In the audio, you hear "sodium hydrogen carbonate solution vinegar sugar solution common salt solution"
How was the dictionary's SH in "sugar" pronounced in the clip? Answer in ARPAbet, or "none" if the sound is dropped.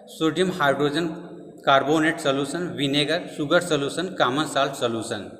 S